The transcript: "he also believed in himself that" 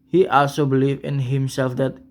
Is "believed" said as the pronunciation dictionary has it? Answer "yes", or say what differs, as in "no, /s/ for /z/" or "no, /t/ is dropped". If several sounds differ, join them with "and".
no, /d/ is dropped